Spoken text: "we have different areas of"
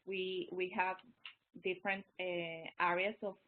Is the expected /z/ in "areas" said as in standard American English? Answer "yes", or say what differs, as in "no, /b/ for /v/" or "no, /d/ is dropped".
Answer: no, /s/ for /z/